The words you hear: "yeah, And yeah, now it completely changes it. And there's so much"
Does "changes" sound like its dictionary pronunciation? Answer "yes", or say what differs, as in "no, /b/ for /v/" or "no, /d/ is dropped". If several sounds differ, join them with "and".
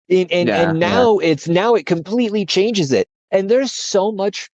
yes